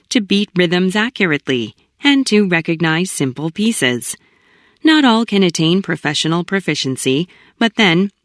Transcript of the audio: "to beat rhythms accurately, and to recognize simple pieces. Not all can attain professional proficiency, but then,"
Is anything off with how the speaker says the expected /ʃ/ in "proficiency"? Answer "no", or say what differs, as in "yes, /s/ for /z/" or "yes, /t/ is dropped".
no